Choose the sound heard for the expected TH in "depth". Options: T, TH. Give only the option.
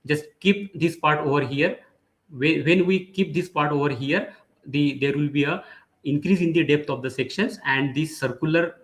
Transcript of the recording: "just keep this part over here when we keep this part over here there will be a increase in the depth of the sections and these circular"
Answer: T